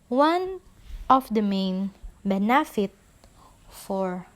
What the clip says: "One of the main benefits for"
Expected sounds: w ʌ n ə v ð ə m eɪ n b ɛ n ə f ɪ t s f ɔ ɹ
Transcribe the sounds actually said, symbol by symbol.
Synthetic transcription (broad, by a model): w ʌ n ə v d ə m eɪ n b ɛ n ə f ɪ t f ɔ ɹ